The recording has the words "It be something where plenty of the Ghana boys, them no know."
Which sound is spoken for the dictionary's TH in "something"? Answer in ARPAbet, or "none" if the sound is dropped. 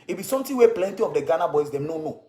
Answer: T